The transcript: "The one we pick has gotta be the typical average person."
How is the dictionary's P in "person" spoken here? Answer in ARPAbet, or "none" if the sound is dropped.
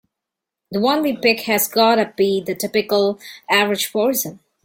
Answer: F